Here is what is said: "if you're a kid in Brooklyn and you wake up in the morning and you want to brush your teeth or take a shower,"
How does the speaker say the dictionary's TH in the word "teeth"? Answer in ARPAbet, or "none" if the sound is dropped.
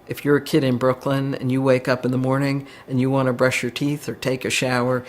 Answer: TH